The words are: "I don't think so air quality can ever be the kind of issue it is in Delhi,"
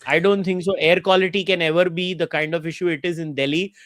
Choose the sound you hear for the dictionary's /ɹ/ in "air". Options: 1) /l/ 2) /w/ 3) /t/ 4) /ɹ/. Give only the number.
4